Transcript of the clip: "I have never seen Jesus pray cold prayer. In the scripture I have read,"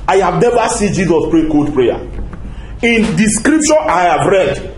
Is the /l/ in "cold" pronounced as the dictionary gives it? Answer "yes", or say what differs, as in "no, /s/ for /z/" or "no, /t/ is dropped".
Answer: no, /l/ is dropped